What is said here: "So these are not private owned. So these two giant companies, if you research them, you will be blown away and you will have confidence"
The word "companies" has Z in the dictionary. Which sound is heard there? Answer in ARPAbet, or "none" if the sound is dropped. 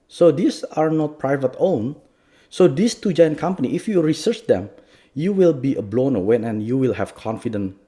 none